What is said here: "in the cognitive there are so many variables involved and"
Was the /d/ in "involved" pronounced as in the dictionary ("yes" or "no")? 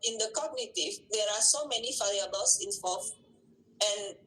no